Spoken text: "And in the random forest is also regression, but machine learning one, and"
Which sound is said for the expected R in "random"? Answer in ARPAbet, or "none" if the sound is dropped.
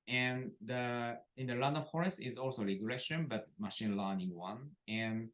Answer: L